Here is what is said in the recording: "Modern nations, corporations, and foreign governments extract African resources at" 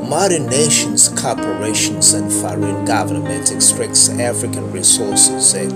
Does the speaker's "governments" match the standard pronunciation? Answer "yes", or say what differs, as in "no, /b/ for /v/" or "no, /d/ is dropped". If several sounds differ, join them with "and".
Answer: no, /s/ is dropped